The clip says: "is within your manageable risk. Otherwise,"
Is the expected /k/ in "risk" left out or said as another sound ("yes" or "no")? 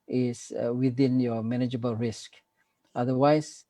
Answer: no